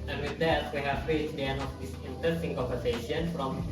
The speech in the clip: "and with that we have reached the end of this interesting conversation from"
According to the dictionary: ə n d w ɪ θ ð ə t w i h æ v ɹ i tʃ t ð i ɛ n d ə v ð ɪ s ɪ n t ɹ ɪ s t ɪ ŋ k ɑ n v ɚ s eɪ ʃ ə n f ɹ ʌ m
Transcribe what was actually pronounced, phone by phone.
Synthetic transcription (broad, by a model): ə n w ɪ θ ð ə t w i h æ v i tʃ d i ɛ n ə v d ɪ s ɪ n t ɹ ɪ s t ɪ ŋ k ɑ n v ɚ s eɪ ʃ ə n f ɹ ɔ m